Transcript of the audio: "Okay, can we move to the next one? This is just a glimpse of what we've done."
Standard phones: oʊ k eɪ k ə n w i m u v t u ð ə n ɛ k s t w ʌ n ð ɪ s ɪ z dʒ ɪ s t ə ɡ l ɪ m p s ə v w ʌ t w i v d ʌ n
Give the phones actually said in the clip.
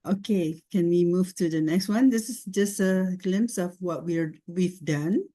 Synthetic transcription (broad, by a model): oʊ k eɪ k ə n w i m u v t u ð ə n ɛ k s t w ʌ n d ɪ s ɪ s dʒ ɪ s t ə ɡ l ɪ m p s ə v w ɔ t w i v d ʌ n